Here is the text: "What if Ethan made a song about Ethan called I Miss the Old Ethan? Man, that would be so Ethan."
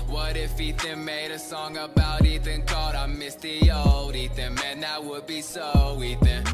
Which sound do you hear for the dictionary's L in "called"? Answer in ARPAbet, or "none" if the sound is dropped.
none